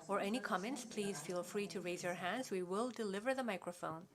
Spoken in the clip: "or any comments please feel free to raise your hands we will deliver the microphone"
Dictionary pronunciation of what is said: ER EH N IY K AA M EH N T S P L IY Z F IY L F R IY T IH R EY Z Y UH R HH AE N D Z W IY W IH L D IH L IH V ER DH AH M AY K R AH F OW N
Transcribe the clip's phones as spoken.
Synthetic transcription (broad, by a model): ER EH N IY K AA M EH N T S P L IY Z F IY L F R IY T IH R EY Z Y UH R HH AE N D Z W IY W IH L D IH L IH V ER DH AH M AY K R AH F OW N